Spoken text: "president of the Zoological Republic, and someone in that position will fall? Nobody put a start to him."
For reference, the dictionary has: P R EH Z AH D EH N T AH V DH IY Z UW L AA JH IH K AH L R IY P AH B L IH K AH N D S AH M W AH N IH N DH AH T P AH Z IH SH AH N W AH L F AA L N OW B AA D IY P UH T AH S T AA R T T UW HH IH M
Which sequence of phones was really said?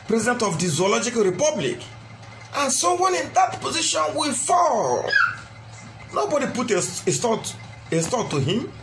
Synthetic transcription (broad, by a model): P R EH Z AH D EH N T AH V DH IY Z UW L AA JH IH K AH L R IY P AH B L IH K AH N S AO W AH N IH N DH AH T P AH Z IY SH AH N W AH F AA L N OW B AA D IY P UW T AH S T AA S T T UW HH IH M